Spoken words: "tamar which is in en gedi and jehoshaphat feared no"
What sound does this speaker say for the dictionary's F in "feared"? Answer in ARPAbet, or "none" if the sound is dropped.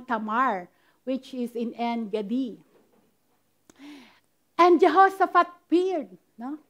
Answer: P